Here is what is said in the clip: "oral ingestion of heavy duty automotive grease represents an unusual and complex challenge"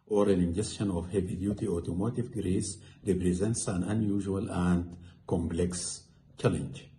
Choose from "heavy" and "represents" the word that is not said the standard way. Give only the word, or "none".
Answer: none